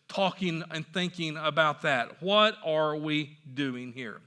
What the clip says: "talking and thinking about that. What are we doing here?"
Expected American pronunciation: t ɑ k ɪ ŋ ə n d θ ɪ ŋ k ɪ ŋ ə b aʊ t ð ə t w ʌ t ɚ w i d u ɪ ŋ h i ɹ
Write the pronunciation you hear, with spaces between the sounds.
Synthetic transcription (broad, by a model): t ɑ k ɪ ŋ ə n θ ɪ ŋ k ɪ ŋ ə b aʊ t ð ə t w ʌ t ɚ w i d u ɪ ŋ h i ɹ